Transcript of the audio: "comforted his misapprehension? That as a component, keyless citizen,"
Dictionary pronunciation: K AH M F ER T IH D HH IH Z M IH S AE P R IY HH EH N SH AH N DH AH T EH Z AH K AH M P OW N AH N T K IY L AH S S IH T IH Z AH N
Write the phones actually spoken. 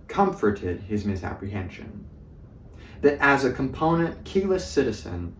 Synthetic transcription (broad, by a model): K AH M F ER T IH D IH Z M IH S AE P R IY HH EH N SH AH N DH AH T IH Z AH K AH M P OW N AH N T K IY L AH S S IH T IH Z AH N